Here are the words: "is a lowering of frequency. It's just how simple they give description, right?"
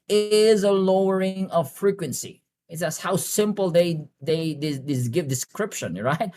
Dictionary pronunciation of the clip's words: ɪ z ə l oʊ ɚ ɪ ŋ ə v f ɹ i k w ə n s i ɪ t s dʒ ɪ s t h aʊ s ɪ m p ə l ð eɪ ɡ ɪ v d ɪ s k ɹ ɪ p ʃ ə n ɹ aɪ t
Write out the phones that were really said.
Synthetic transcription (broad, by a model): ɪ z ə l oʊ ɚ ɪ ŋ ə v f ɹ i k w ə n s i ɪ t s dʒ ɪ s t h aʊ s ɪ m p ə l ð eɪ ɡ ɪ v d ɪ s k ɹ ɪ p ʃ ə n ɹ aɪ t